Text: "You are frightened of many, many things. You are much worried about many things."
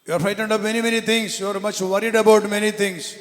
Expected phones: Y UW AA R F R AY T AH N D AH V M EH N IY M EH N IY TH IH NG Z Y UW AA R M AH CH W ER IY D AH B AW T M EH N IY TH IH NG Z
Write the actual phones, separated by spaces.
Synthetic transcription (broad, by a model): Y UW AA R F AY T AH N D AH P M EH N IY M EH N IY T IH NG S Y UW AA R M AH CH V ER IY D AH B AW T M EH N IY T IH NG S